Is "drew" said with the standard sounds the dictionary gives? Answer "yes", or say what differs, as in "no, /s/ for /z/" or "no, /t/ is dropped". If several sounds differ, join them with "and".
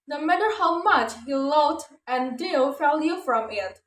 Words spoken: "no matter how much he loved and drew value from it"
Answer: no, /ɹ/ is dropped